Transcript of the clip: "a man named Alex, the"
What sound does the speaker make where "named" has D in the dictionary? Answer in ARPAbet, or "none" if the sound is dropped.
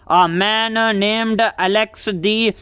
D